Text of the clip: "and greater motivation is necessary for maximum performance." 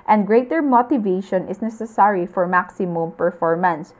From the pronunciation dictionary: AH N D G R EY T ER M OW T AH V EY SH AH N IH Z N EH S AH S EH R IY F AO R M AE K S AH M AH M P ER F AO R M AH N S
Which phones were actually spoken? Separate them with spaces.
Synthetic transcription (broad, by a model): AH N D G R EY T ER M OW T AH V EY SH AH N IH S N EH S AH S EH R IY F AO R M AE K S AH M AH M P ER F AO R M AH N S